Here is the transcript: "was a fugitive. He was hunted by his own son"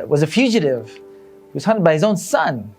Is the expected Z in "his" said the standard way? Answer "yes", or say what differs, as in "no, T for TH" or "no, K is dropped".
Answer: yes